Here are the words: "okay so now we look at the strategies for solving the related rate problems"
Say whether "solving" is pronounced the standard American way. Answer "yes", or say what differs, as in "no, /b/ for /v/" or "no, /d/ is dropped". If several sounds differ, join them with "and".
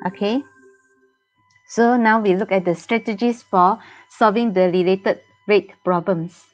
yes